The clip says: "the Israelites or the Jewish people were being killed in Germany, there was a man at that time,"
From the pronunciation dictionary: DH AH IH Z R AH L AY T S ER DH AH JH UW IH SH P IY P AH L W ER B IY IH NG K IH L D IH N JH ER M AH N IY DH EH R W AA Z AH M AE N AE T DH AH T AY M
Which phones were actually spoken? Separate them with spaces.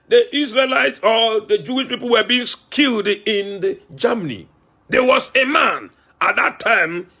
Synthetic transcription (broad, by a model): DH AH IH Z R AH L AY T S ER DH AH JH UW IH SH P IY P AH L W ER B IY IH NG K IH L D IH N JH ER M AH N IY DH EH W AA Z AH M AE N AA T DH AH T AY M